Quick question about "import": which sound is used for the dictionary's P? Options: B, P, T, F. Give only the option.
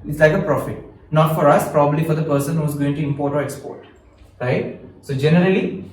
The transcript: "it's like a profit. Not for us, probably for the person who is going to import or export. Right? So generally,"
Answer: P